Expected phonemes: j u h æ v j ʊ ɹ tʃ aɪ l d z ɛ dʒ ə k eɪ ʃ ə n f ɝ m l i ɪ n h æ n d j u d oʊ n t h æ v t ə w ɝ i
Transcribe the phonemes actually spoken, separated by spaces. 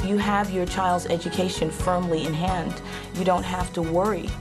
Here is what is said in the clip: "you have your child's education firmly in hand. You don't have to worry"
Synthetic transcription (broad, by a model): j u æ v j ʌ ɹ tʃ aɪ l d z ɛ dʒ ə k eɪ ʃ ə n f ɝ m l i ɪ n h æ n d j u d oʊ n t h æ f t ə w ɝ i